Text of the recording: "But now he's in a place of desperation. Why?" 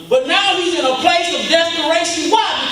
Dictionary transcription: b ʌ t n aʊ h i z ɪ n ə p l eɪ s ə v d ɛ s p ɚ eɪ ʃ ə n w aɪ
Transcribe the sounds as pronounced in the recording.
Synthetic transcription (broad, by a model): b ʌ t n aʊ h i z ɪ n ə p l eɪ s ə v d ɛ s p ɚ eɪ ʃ ə n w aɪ